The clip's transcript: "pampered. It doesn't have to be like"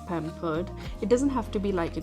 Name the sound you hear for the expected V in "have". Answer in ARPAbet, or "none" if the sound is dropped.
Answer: F